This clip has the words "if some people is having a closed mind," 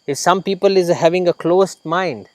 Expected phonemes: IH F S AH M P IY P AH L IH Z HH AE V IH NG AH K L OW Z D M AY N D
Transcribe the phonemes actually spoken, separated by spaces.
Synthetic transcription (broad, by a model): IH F S AH M P IY P AH L IH Z HH AE V IH NG AH K L OW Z M AY N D